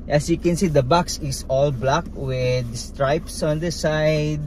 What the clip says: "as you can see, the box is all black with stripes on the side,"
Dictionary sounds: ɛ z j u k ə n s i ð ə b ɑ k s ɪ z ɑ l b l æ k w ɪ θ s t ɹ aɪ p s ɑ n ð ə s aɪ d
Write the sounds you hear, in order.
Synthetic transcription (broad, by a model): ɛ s j u k ə n s i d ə b ɑ k s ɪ s ɑ l b l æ k w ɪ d s t ɹ aɪ p s ɑ n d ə s aɪ d